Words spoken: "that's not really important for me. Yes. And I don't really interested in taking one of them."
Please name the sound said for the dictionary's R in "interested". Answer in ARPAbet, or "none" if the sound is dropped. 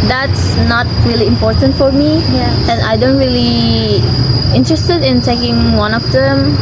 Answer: R